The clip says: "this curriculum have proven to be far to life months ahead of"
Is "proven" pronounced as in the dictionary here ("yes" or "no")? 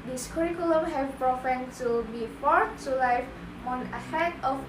no